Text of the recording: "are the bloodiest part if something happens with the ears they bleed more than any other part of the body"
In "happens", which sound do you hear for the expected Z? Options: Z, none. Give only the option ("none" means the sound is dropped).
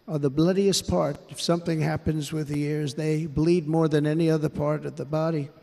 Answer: Z